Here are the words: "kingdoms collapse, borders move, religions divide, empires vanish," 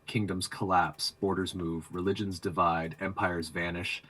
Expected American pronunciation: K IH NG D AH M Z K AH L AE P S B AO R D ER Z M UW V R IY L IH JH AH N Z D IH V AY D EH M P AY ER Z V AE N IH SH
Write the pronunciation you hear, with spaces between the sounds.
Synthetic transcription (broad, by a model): K IH NG D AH M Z K AH L AE P S B AO R D ER Z M UW V R IY L IH JH AH N Z D IH V AY D EH M P AY ER Z V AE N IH SH